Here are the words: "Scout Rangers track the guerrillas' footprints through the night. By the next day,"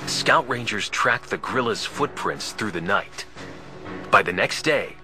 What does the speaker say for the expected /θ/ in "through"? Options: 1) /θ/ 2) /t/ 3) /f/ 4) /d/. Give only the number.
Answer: 1